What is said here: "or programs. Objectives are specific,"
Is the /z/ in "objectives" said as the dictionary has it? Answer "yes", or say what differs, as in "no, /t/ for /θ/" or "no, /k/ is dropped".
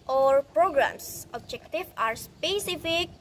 no, /z/ is dropped